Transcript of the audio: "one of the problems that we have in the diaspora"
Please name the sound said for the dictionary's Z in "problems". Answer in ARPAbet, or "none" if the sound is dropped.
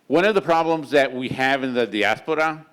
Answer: Z